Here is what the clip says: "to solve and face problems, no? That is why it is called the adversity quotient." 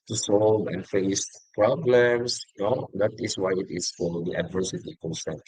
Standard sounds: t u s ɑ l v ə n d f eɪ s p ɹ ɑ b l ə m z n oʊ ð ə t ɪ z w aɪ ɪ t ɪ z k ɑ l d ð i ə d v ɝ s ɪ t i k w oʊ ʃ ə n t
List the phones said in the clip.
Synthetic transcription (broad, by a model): t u s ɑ l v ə n f eɪ s p ɹ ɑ b l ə m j n oʊ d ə t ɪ s w aɪ ɪ t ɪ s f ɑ d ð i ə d v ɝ s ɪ t i k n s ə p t